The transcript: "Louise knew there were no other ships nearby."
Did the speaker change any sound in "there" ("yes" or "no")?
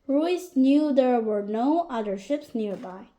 no